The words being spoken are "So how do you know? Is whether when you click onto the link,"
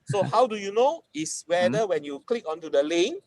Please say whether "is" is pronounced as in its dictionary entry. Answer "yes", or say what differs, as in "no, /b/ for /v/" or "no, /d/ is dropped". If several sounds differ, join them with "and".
no, /s/ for /z/